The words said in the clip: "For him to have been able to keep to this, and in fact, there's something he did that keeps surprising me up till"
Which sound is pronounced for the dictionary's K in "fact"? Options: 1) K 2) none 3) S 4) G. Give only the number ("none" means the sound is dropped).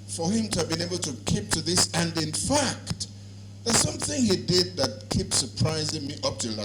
1